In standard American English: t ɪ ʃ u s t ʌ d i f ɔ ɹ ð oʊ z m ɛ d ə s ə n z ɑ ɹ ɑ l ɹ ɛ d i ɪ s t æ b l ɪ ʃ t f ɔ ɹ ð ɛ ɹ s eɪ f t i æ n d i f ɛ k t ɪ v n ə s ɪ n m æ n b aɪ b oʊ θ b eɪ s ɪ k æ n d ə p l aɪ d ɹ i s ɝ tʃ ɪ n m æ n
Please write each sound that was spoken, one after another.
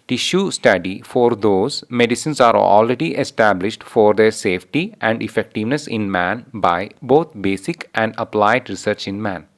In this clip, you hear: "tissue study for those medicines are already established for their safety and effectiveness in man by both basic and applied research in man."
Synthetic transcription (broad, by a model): t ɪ ʃ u s t ʌ d i f ɔ ɹ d oʊ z m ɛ d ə s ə n s ɑ ɹ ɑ l ɹ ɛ d i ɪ s t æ b l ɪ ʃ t f ɔ ɹ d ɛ ɹ s eɪ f t i æ n d i f ɛ k t ɪ v n ə s ɪ n m æ n b aɪ b oʊ t b eɪ s ɪ k æ n d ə p l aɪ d ɹ i s ɝ tʃ ɪ n m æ n